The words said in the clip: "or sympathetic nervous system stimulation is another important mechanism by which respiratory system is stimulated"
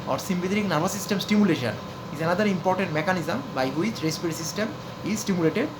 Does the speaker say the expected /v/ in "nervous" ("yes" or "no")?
no